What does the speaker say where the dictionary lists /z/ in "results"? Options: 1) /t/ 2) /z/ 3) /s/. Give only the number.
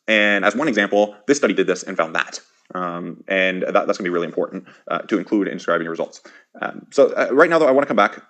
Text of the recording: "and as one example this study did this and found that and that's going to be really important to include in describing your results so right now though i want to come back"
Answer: 2